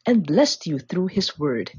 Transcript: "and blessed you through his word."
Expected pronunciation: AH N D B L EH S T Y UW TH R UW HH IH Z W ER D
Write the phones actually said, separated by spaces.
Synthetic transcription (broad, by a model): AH N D B L EH S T Y UW TH R UW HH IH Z W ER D